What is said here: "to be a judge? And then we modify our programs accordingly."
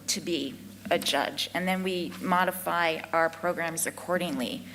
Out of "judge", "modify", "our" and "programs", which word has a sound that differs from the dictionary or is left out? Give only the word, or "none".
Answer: none